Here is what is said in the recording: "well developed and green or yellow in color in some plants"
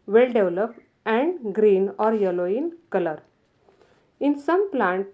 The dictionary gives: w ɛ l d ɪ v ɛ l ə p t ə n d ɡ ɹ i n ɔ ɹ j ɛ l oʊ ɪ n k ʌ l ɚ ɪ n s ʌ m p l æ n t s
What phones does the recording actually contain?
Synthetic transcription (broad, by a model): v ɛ l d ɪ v l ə p ə n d ɡ ɹ i n ɔ ɹ j ɛ l oʊ ɪ n k ʌ l ɚ ɪ n s ʌ m p l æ n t